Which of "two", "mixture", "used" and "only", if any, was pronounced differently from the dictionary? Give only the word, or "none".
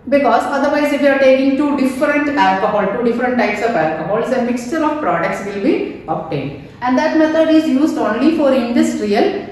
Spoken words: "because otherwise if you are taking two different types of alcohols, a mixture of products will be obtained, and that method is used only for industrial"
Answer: none